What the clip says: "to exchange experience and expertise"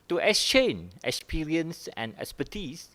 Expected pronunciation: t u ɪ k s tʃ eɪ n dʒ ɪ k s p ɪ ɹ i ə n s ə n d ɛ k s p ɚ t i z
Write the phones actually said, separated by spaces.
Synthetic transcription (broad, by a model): t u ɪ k s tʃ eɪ n ɪ k s p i ɹ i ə n s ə n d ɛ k s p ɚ t i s